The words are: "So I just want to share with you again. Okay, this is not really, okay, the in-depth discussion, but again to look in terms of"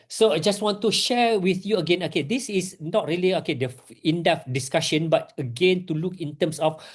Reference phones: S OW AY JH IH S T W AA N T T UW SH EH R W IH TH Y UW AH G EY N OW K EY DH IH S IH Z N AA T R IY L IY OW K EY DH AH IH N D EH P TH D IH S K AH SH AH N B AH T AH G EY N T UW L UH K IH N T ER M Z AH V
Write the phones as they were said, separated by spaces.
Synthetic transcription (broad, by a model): S OW AY JH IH S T W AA N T T UW SH EH R W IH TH Y UW AH G EY N OW K EY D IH S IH S N AA T R IY L IY OW K EY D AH IH N D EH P D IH S K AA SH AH N B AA T AH G EY N T UW L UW K IH N T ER M S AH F